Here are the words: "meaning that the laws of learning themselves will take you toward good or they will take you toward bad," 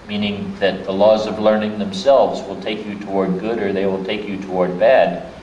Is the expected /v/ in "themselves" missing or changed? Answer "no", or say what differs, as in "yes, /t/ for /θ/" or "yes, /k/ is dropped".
no